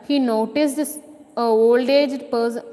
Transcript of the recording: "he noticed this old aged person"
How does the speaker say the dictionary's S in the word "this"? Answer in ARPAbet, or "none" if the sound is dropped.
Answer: none